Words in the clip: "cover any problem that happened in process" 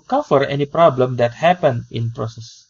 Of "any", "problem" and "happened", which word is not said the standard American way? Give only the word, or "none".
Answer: happened